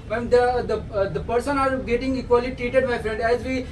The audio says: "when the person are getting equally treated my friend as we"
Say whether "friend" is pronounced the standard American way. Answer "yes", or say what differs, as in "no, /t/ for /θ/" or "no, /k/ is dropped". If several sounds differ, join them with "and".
yes